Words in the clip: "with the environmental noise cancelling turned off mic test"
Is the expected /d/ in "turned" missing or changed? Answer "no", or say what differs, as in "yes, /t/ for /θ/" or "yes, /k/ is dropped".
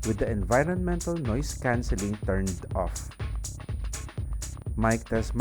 no